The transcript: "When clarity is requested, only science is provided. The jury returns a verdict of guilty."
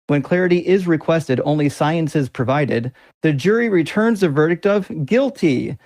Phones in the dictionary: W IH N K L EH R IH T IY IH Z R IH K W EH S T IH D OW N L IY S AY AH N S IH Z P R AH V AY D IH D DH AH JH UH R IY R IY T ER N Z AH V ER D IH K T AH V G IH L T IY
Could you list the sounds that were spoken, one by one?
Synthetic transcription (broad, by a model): W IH N K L EH R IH T IY IH Z R IH K W EH S T IH D OW N L IY S AY AH N S IH Z P R AH V AY D IH D DH AH JH UH R IY R IY T ER N Z AH V ER D IH K T AH V G IH L T IY